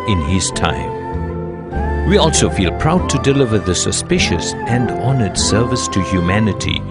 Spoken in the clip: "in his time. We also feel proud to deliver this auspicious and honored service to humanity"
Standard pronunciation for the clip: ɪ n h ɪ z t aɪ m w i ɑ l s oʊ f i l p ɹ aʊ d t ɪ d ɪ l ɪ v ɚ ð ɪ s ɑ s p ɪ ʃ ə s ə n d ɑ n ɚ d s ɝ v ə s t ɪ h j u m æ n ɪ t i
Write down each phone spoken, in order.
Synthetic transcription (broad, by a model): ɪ n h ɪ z t aɪ m w i ɑ l s oʊ f i l p ɹ aʊ d t ɪ d ɪ l ɪ v ɚ ð ɪ s ɑ s p ɪ ʃ ə s ə n d ɑ n ɚ d s ɝ v ə s t ɪ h j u m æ n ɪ t i